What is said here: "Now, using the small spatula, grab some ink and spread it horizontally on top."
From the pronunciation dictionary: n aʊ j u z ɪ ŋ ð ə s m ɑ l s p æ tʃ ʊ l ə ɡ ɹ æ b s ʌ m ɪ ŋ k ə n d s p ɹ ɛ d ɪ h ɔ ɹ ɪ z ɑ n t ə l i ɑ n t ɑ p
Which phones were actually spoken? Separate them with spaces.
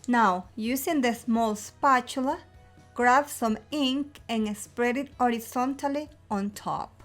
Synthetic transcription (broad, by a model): n aʊ j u s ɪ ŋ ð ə s m ɑ l s p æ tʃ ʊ l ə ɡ ɹ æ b s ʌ m ɪ ŋ k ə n s p ɹ ɛ d ɪ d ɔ ɹ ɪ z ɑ n t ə l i ɑ n t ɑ p